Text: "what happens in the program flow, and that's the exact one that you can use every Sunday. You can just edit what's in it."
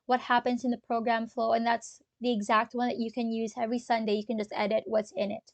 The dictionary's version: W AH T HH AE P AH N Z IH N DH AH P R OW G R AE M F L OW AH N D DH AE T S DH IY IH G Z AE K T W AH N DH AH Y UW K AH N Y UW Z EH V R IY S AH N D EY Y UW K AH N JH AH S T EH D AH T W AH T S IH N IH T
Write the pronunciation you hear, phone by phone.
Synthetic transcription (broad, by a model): W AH T HH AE P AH N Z IH N DH AH P R OW G R AE M F L OW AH N DH AE T S DH IY IH G Z AE K T W AH N DH AH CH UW K AH N Y UW Z EH V R IY S AH N D EY Y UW K AH N JH AH S T EH D AH T W AH T S IH N IH T